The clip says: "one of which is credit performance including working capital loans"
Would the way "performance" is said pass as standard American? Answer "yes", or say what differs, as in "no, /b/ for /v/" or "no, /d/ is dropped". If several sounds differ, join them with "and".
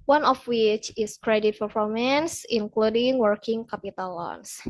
no, /f/ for /p/